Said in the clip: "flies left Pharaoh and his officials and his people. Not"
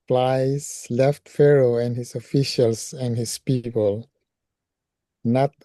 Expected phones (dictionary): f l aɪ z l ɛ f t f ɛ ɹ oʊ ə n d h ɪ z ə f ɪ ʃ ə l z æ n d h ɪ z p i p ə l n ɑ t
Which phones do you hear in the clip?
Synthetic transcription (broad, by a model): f l aɪ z l ɛ f t f ɛ ɹ oʊ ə n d h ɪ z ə f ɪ ʃ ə l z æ n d h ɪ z p i p ə l n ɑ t